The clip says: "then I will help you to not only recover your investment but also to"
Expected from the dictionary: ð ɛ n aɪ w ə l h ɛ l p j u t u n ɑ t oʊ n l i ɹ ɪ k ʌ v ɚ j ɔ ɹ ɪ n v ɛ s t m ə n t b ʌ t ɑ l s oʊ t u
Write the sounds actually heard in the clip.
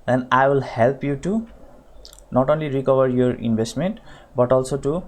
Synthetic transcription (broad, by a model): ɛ n aɪ w ə l h ɛ l p j u t u n ɑ t oʊ n l i ɹ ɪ k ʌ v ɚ j ɔ ɹ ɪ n b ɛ s t m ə n t b ʌ t ɑ l s oʊ t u